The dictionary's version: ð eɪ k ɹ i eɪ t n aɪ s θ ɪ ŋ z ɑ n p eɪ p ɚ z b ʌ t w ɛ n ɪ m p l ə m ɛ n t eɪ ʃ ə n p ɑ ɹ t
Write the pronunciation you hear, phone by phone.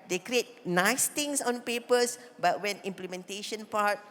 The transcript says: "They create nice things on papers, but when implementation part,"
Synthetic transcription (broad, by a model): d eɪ k ɹ i eɪ t n aɪ s t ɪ ŋ s ɑ n p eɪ p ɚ s b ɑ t w ɛ n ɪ m p l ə m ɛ n t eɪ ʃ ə n p ɑ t